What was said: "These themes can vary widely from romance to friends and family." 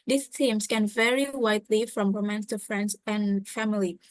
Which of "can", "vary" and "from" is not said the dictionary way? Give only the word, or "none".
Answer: none